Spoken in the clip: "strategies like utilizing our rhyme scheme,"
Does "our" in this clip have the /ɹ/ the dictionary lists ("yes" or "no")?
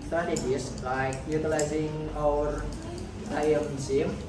no